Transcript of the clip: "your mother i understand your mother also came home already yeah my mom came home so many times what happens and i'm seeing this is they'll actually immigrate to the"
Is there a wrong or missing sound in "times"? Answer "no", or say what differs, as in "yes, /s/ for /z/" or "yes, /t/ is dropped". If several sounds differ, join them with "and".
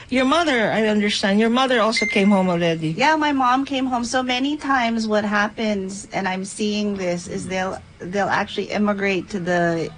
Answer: no